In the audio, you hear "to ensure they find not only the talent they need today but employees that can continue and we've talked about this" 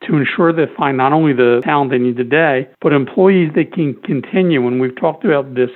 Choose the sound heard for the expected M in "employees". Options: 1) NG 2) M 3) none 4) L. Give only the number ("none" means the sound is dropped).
2